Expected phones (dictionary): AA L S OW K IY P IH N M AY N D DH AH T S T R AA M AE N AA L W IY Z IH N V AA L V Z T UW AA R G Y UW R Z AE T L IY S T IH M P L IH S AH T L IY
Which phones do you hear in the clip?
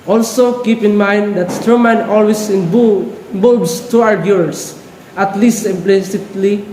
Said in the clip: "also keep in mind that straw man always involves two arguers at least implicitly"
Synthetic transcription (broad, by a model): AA L S OW K IY P IH N M AY N D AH T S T AA M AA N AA L W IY S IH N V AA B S T UW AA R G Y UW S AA T L IY S T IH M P L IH S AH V L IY